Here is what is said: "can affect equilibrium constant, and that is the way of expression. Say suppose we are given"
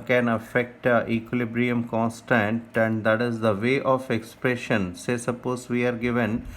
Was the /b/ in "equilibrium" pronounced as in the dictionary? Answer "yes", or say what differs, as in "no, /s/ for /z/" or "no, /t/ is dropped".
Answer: yes